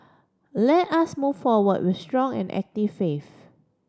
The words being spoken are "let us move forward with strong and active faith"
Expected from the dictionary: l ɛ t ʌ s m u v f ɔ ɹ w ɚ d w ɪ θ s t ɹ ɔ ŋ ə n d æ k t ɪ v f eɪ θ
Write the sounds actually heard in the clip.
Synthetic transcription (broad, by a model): l ɛ t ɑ s m u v f ɔ w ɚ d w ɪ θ s t ɹ ɔ ŋ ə n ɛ k t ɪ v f eɪ f